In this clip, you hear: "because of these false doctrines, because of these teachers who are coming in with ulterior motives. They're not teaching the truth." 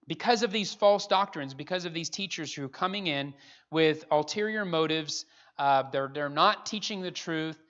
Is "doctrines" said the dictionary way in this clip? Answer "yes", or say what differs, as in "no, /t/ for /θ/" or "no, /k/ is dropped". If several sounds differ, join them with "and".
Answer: yes